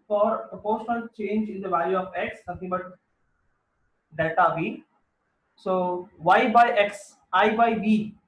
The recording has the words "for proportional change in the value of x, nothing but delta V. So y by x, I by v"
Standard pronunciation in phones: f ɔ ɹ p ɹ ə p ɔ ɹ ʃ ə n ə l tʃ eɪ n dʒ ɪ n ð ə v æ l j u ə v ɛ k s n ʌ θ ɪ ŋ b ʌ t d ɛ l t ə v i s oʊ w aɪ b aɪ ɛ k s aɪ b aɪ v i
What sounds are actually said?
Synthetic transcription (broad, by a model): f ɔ ɹ p ɹ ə p ɔ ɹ ʃ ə n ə l tʃ eɪ n dʒ ɪ n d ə v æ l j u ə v ɛ k s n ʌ t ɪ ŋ b ʌ t d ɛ t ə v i s oʊ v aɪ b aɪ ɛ k s aɪ b aɪ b i